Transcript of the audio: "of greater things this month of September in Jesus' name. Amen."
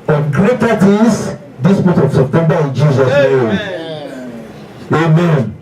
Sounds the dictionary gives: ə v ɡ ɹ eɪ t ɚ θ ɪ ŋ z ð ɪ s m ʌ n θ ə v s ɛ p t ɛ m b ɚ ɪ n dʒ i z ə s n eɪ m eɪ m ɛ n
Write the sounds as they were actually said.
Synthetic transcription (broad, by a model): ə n ɡ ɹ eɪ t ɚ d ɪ z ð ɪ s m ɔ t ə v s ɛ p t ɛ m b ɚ ɪ n dʒ i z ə s n eɪ m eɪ m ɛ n